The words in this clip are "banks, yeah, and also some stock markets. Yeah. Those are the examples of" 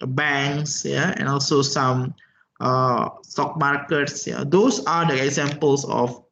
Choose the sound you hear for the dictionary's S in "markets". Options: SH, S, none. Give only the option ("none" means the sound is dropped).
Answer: S